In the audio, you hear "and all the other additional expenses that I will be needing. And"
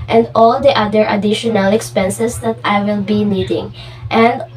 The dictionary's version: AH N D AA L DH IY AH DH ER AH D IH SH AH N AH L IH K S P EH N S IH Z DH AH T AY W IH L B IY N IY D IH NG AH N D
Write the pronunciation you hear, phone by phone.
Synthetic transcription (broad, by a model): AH N D AA L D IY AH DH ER AH D IH SH AH N AH L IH K S P EH N S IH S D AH T AY W IH L B IY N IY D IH NG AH N D